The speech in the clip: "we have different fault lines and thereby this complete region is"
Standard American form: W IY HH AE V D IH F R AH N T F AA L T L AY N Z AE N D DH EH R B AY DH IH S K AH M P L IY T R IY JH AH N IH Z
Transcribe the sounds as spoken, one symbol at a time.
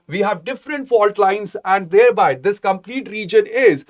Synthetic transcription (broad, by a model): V IY HH AE V D IH F R AH N T F AA L T L AY N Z AE N D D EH R B AY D IH S K AH M P L IY T R IY JH AH N IH Z